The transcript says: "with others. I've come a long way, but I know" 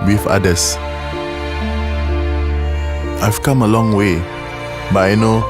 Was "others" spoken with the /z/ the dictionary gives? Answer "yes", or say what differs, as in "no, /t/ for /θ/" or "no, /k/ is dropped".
no, /s/ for /z/